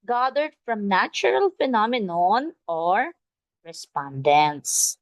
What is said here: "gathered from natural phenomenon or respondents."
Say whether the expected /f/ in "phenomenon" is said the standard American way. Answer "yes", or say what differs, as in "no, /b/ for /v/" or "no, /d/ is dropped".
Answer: yes